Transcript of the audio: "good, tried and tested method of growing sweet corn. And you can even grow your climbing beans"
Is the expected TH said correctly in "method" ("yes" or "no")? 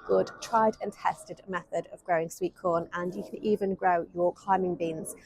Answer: yes